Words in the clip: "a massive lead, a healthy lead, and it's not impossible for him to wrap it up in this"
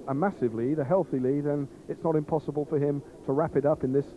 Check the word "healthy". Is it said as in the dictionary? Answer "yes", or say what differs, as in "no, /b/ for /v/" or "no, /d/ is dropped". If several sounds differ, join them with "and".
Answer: yes